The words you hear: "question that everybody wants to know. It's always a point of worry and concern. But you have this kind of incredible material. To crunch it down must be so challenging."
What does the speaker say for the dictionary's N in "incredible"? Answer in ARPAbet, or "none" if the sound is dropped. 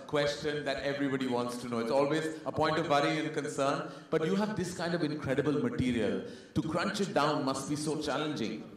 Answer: N